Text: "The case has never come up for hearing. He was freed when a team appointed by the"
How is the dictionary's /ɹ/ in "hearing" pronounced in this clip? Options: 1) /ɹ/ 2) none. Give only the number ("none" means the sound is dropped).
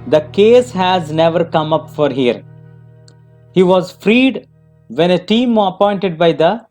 2